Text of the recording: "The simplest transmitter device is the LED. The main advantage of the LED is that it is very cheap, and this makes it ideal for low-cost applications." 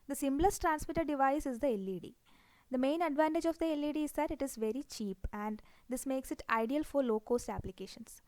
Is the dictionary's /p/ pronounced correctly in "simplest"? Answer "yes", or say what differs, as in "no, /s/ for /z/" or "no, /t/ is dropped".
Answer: no, /b/ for /p/